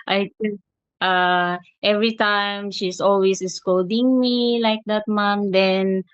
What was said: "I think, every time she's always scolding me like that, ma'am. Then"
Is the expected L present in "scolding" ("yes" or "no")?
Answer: no